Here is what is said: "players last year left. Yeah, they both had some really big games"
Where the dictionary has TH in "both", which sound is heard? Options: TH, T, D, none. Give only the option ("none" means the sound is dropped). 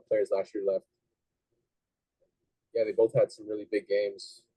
TH